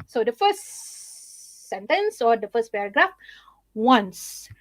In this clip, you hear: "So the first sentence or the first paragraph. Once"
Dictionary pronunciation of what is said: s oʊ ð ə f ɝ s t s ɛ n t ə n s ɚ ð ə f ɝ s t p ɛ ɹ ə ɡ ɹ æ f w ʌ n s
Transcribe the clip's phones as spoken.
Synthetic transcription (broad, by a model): s oʊ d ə f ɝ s s ɛ n t ə n s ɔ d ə f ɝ s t p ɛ ɹ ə ɡ ɹ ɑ f w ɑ n s